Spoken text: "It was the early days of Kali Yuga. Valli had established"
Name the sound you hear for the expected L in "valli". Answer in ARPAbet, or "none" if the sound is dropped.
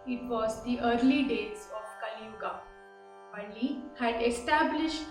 N